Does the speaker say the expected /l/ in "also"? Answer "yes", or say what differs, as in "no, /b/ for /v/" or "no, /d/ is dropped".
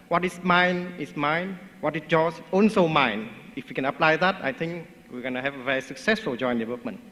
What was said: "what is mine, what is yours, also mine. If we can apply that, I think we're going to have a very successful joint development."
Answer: no, /n/ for /l/